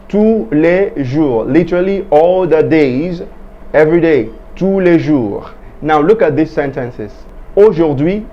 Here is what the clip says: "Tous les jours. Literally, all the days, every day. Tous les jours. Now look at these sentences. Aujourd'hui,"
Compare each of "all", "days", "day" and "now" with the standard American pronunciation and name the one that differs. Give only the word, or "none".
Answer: none